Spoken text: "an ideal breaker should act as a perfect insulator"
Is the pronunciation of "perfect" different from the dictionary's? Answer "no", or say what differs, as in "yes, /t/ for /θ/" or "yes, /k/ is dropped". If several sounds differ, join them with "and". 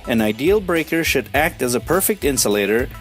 no